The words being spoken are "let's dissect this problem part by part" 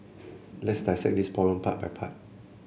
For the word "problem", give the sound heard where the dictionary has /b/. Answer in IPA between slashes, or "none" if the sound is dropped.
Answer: none